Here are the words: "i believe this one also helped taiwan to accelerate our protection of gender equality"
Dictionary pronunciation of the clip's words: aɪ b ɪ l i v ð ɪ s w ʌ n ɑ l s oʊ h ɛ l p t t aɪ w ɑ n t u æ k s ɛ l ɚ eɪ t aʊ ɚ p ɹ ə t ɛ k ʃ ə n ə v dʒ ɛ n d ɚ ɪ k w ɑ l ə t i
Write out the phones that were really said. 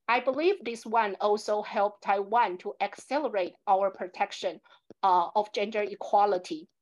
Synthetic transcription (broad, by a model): aɪ b ɪ l i v ð ɪ s w ʌ n ɑ l s oʊ h ɛ l p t t aɪ w ɑ n t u æ k s ɛ l ɚ eɪ t aʊ ɚ p ɹ ə t ɛ k ʃ ə n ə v dʒ ɛ n d ɚ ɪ k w ɑ l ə t i